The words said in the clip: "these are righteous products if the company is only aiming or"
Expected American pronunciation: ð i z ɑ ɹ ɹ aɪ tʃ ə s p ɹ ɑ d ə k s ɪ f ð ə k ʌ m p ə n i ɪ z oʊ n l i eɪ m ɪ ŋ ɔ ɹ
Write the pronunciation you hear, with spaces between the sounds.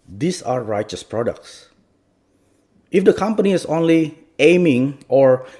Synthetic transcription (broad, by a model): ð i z ɑ ɹ ɹ aɪ tʃ ə s p ɹ ɑ d ə k s ɪ f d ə k ʌ m p ə n i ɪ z oʊ n l i eɪ m ɪ ŋ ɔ ɹ